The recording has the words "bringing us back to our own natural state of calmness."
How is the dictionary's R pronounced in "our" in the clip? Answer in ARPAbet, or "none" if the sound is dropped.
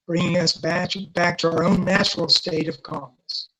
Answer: R